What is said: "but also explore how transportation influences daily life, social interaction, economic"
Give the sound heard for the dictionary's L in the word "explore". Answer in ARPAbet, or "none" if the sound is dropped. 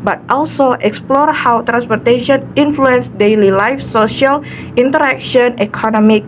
L